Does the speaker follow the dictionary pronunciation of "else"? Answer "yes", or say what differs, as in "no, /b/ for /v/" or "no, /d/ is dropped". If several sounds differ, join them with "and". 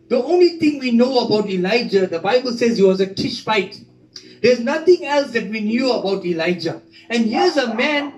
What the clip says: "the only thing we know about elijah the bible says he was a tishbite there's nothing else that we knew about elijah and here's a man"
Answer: yes